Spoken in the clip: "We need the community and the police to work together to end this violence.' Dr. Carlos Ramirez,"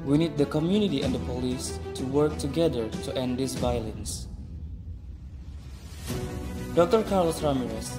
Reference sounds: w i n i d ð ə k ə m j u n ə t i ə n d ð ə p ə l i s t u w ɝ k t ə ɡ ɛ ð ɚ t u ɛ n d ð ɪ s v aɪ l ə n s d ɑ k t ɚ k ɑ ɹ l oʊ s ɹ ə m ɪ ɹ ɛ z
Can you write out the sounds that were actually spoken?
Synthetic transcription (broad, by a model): w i n i d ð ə k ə m j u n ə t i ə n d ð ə p ə l i s t u w ɝ k t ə ɡ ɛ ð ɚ t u ɛ n d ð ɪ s v aɪ l ə n s d ɑ k t ɚ k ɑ ɹ l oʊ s ɹ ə m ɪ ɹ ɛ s